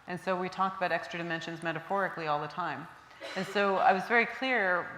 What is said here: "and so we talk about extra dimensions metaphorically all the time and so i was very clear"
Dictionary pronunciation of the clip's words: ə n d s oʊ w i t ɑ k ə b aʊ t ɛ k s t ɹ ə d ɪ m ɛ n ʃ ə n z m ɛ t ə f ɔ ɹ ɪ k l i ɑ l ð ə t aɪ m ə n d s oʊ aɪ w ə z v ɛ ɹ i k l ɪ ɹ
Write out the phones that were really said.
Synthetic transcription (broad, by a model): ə n s oʊ w i t ɑ k ə b aʊ t ɛ k s t ɹ ə d ɪ m ɛ n ʃ ə n z m ɛ t ə f ɔ ɹ ɪ k l i ɑ l ð ə t aɪ m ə n s oʊ aɪ w ə z v ɛ ɹ i k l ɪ ɹ